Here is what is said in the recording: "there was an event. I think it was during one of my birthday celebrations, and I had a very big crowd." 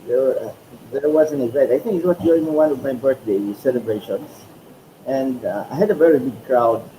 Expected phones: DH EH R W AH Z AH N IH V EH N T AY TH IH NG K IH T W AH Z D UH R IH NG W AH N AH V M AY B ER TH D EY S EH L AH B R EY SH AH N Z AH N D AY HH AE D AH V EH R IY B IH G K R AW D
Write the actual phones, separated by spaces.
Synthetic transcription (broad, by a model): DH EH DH W AH Z AH N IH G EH T AY TH IH NG K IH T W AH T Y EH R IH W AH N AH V M AY B ER TH D EY S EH L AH B R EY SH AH N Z AH N D AY HH AE D AH V EH R IY B IH G K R AW D